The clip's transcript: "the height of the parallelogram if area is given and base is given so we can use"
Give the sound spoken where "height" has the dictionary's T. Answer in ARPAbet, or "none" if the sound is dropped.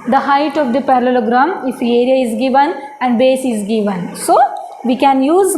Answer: T